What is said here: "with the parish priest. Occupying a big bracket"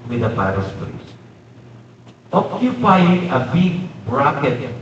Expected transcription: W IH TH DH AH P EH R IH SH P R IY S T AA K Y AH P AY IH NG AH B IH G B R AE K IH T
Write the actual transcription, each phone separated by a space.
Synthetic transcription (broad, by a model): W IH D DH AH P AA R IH S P L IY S T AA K Y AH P AY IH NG AH B IH G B R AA K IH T